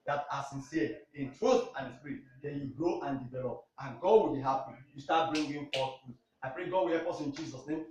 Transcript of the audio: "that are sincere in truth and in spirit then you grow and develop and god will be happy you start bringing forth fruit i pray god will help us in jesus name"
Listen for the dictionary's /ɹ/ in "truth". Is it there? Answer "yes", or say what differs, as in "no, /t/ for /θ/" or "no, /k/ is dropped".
yes